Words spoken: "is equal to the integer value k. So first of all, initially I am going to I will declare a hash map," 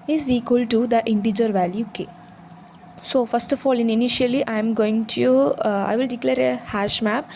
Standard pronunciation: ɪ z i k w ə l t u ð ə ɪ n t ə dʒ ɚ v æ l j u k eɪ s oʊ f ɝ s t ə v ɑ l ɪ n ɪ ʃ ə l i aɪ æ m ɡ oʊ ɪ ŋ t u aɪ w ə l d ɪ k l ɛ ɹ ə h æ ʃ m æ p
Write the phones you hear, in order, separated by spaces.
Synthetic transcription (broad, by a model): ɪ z i k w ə l t u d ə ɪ n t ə dʒ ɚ v æ l j u k eɪ s oʊ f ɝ s t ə f ɑ l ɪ n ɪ ʃ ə l i aɪ m ɡ oʊ ɪ ŋ t u aɪ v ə l d ɪ k l ɛ ɹ ə h æ ʃ m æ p